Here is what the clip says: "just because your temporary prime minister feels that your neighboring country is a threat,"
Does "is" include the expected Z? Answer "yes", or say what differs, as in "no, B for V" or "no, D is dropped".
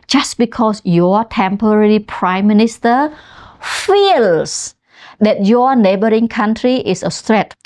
no, S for Z